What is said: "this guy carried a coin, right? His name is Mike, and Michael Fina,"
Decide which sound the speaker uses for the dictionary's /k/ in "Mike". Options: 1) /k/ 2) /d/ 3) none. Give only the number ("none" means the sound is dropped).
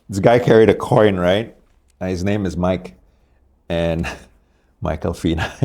1